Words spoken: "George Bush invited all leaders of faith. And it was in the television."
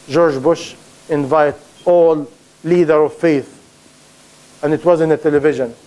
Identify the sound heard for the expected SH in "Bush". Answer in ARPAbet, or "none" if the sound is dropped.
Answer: SH